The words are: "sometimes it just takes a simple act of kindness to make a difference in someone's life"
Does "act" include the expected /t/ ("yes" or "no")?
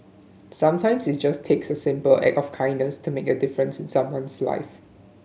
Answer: no